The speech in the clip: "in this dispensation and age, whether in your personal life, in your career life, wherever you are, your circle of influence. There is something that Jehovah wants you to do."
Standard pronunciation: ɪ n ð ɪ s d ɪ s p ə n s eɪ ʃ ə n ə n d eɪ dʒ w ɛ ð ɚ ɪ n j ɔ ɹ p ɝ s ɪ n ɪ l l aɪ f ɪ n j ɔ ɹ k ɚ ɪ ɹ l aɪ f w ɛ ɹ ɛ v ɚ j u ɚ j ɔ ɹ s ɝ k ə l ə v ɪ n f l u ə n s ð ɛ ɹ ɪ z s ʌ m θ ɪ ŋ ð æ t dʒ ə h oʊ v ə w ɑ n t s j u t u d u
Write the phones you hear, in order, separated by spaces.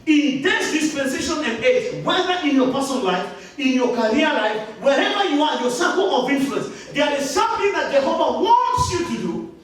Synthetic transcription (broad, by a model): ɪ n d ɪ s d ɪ s p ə n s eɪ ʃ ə n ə n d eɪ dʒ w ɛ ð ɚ ɪ n j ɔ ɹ p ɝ s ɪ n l l aɪ f ɪ n j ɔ k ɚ ɹ l aɪ f w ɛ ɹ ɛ v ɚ j u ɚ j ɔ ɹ s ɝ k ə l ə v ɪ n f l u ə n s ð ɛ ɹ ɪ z s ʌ m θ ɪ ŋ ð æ t dʒ ə h oʊ v ə w ɑ n t s j u t u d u